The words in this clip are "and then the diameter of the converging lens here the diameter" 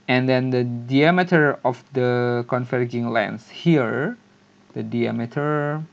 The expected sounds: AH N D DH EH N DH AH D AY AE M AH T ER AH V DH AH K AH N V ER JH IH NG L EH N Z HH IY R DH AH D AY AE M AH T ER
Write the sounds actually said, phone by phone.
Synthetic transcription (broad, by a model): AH N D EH N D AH D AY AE M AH T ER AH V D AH K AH N F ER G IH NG L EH N S HH IY R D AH D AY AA M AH T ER